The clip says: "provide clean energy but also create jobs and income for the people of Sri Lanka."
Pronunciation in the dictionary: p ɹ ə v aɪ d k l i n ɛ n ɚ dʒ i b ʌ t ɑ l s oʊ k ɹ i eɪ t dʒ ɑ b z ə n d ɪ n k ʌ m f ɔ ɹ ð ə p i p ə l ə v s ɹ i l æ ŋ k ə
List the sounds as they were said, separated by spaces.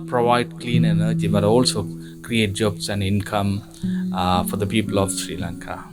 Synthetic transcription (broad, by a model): p ɹ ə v aɪ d k l i n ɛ n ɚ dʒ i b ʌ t ɑ l s oʊ k ɹ i eɪ t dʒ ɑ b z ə n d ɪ n k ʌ m f ɔ ɹ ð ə p i p ə l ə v s ɹ i l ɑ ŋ k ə